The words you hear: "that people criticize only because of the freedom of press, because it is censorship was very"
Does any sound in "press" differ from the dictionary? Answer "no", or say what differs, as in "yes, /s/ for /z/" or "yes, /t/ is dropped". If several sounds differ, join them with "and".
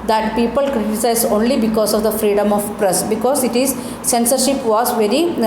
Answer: no